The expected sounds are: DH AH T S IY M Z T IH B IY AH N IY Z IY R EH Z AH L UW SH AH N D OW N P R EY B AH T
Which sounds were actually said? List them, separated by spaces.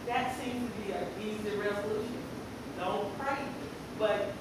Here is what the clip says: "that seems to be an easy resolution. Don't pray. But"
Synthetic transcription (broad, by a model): DH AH T S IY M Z T IH B IY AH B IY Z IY R EH Z AH L UW SH AH N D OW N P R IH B AH T